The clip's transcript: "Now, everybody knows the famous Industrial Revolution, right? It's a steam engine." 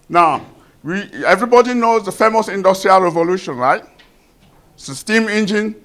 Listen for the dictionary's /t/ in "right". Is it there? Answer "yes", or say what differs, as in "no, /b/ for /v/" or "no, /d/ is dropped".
no, /t/ is dropped